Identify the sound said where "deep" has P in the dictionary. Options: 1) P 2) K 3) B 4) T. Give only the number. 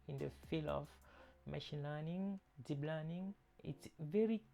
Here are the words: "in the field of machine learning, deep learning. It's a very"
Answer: 3